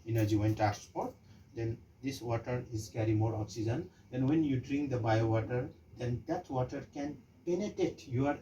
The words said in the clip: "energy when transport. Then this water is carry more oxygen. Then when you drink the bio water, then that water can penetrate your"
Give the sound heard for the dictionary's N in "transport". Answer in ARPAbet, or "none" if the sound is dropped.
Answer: none